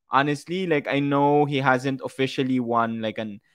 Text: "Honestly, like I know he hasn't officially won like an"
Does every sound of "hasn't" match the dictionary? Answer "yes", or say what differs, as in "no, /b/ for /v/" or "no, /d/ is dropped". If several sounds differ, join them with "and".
yes